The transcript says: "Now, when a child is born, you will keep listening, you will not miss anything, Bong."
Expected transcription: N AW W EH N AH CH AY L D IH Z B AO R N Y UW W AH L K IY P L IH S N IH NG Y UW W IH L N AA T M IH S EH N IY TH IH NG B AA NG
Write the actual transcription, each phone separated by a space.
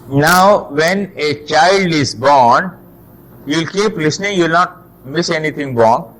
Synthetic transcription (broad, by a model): N AW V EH N AH CH AY L D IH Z B AO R N Y UW L K IY P L IH S N IH NG Y UW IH L N AA T M IH S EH N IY T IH NG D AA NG